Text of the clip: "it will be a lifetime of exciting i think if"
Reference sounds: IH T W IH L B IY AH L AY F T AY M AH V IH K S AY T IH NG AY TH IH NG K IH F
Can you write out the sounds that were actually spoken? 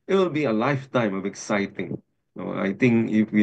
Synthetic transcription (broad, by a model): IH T W IH L B IY AH L AY F T AY M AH B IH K S AY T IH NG AY T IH NG K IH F